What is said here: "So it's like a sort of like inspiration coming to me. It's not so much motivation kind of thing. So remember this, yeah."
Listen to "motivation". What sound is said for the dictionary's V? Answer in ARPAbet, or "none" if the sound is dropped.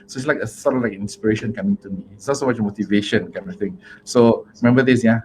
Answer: V